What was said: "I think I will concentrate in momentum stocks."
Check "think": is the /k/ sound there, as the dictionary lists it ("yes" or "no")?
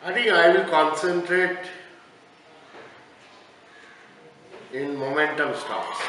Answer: no